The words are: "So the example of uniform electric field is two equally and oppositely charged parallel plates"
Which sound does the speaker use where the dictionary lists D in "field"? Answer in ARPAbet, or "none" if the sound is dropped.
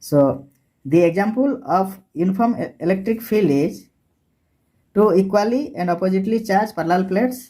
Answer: none